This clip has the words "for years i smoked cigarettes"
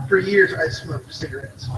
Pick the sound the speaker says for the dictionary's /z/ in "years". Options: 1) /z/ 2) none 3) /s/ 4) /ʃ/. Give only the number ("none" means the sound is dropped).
1